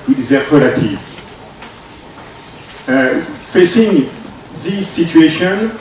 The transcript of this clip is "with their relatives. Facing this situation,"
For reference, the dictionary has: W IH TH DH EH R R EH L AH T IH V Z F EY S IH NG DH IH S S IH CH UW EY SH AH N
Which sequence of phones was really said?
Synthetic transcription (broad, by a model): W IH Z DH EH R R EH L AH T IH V F EY S IH NG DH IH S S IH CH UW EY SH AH N